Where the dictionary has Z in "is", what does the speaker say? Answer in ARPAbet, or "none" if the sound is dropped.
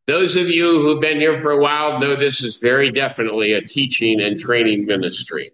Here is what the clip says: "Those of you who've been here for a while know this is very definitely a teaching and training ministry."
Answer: Z